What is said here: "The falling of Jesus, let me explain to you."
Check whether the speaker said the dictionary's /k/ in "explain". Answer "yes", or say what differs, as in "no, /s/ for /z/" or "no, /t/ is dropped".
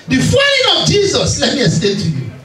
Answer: no, /k/ is dropped